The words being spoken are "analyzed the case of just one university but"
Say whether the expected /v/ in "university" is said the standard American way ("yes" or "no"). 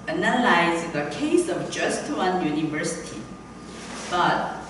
yes